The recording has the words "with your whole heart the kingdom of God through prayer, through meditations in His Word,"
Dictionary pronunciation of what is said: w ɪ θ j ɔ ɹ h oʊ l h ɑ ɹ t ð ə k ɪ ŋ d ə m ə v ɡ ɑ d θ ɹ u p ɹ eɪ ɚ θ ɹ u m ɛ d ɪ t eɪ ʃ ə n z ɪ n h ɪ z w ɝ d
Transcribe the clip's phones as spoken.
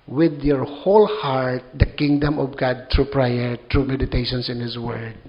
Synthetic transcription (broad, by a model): w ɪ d j ɔ ɹ h oʊ l h ɑ ɹ t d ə k ɪ ŋ d ə m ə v ɡ ɑ d t ɹ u p ɹ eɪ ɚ t ɹ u m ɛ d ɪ t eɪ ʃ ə n s ɪ n h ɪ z w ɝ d